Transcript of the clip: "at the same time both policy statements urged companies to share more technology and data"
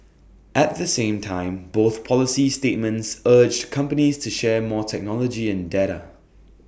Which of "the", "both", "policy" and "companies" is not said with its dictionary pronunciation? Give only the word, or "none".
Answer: none